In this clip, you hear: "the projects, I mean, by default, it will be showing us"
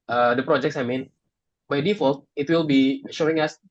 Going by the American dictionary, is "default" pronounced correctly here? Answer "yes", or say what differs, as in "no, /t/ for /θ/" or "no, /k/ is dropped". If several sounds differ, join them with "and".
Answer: yes